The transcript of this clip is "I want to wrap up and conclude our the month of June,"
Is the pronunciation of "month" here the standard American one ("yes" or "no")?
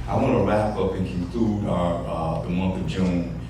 yes